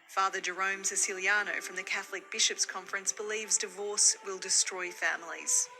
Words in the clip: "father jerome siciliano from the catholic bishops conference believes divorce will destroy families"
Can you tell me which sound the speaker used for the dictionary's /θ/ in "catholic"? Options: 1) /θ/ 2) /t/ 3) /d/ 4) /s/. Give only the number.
1